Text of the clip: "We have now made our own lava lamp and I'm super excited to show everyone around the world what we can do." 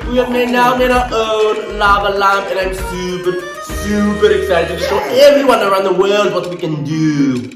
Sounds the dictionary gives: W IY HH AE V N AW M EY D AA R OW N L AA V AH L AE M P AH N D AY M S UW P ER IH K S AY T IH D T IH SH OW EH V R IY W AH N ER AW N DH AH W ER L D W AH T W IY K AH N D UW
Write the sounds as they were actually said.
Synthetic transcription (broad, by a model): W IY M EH N AW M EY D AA OW N L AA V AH L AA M AH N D AY M S UW P ER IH K S AY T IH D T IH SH OW EH V R IY W AH N ER AW N DH AH W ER L D W AH T W IY K AH N D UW